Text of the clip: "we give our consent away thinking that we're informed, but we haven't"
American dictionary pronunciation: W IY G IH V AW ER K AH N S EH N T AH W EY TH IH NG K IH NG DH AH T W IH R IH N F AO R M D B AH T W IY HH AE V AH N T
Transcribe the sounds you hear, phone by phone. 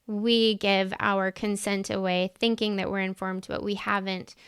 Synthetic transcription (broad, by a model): W IY G IH V AW ER K AH N S EH N T AH W EY TH IH NG K IH NG DH AH T W IH R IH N F AO R M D B AH T W IY HH AE V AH N T